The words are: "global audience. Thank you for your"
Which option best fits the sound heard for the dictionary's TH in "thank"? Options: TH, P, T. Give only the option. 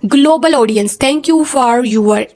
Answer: T